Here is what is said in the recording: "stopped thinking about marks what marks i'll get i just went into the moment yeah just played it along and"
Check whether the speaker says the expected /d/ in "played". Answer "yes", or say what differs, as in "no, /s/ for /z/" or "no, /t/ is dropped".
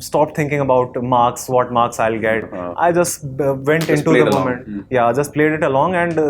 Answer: yes